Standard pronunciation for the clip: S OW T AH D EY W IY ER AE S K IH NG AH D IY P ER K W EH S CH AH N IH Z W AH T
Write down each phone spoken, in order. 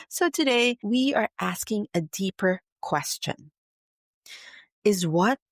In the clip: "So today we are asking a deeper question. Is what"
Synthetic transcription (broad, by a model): S OW T AH D EY W IY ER AE S K IH NG AH D IY P ER K W EH S CH AH N IH Z W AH T